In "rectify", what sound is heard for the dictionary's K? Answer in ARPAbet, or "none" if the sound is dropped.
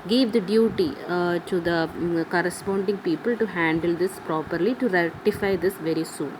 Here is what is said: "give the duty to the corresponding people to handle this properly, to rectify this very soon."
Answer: none